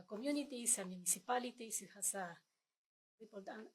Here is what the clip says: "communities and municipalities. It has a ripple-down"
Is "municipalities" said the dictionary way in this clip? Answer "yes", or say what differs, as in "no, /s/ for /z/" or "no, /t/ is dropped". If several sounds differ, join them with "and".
no, /s/ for /z/